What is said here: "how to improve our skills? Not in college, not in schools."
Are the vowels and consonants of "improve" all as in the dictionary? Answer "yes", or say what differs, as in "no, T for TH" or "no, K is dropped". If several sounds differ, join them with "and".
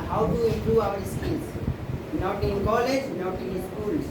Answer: no, V is dropped